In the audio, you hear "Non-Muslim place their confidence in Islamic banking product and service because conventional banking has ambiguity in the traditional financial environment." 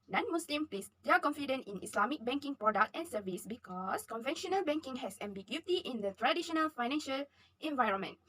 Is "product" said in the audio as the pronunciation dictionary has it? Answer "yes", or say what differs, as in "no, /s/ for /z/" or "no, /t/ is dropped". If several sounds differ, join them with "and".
yes